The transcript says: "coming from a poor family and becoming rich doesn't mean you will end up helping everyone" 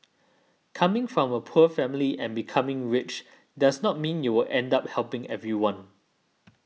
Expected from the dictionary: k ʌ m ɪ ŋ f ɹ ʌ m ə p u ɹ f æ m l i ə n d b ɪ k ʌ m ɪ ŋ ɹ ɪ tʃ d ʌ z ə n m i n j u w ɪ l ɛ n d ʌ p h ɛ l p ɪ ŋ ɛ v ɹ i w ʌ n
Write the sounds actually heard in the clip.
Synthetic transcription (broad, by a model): k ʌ m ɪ ŋ f ɹ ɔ m ə p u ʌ f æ m l i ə n b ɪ k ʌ m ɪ ŋ ɹ ɪ tʃ d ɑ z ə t m i n j u w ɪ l ɛ n d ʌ p h ɛ l p ɪ ŋ ɛ v ɹ i w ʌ n